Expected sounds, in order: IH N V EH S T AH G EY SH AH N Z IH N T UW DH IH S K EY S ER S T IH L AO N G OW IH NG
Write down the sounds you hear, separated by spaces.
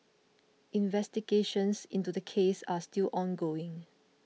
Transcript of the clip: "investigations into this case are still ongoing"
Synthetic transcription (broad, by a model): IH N V EH S T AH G EY SH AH N S IH N T UW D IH K EY S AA S T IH L AO N G OW IH NG